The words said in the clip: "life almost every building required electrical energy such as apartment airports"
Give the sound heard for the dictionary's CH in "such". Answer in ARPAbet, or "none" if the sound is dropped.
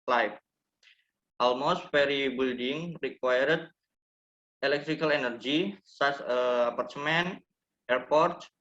S